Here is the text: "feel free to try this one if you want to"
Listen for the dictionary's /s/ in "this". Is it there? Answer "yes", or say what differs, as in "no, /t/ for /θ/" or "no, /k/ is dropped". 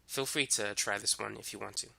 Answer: yes